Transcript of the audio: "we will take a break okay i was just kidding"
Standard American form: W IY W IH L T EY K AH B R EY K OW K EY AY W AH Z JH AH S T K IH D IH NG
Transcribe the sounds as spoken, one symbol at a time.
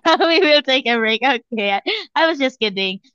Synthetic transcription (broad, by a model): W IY W IH L T EY K AH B R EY K OW K EY AY W AH Z JH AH S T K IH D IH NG